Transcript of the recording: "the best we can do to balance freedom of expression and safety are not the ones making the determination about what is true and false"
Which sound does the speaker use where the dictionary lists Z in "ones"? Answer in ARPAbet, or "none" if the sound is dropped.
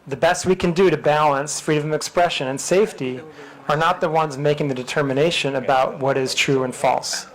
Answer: Z